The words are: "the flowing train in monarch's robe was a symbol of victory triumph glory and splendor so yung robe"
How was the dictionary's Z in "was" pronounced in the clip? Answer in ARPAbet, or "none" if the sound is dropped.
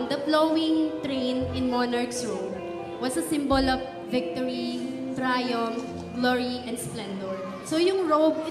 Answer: S